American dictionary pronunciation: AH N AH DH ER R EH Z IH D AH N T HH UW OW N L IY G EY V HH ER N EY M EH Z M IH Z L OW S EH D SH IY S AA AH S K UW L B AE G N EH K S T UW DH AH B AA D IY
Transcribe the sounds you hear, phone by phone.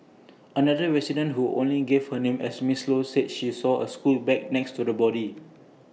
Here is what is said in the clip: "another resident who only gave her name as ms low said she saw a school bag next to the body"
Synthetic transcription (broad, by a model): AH N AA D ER R EH S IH D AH N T HH UW OW N L IY G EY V HH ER N EY M EH S M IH S L OW S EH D SH IY S AA AH S K UW L B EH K N EH K S T UW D AH B AA D IY